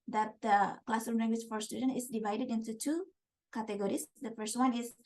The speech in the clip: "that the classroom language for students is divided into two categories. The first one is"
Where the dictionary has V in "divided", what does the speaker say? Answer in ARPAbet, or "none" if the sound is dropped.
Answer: V